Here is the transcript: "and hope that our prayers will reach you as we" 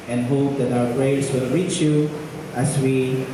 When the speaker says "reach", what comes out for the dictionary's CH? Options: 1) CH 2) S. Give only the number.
1